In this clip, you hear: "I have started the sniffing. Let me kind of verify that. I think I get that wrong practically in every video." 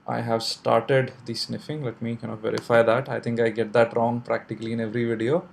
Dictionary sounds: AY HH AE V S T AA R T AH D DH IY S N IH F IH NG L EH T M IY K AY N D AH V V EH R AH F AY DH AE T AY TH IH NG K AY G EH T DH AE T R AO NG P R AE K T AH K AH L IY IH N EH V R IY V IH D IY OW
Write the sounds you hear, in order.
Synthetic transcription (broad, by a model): AY HH AE V S T AA R T AH D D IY S N IH F IH NG L EH T M IY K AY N AH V V EH R AH F AY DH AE T AY T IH NG K AY G EH T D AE T R AO NG P R AE K T AH K AH L IY IH N EH V R IY V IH D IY OW